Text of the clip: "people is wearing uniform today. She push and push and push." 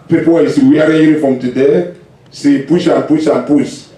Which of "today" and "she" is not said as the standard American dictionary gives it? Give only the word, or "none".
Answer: she